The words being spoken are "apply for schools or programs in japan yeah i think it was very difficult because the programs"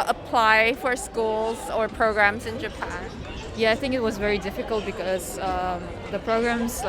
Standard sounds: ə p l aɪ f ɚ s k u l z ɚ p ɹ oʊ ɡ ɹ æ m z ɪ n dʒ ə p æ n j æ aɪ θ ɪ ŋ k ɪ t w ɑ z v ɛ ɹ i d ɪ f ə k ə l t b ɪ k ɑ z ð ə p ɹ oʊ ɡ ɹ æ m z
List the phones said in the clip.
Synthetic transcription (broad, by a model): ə p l aɪ f ɚ s k u l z ɚ p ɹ oʊ ɡ ɹ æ m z ɪ n dʒ ə p æ n j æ aɪ θ ɪ ŋ k ɪ t w ɑ z v ɛ ɹ i d ɪ f ə k ə l t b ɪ k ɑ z ð ə p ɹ oʊ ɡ ɹ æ m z